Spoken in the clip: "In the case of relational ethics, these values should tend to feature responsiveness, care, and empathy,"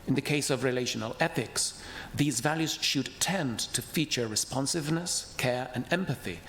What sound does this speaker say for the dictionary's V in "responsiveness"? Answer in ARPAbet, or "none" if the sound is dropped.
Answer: V